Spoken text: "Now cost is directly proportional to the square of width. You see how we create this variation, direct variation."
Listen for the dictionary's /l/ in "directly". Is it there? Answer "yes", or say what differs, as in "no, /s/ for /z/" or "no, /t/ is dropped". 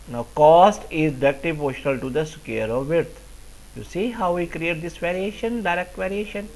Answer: no, /l/ is dropped